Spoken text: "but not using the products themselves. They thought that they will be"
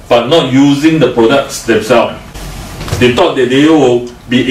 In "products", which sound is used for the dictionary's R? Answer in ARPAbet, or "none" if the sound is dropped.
R